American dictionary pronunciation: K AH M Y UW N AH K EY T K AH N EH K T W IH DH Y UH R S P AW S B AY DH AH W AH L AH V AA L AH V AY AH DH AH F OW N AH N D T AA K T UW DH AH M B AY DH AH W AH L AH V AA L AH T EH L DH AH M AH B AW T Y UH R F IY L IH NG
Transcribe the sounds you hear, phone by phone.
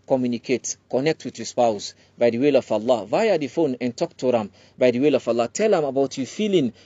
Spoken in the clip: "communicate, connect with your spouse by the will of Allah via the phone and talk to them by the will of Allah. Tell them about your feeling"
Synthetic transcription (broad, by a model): K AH M Y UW N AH K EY T K AH N EH K T W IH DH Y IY S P AW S B AY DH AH W AH L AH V AA L AH V AY AH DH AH F OW N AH N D T AA K T UW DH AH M B AY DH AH W AH L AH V AA L AH T EH L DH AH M AH B AW T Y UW F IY L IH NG